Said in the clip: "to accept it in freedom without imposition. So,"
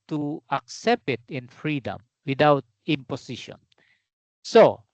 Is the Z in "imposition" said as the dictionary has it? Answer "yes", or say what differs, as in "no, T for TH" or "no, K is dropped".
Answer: no, S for Z